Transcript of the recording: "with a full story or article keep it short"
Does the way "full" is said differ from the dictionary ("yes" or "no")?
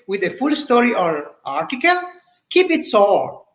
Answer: no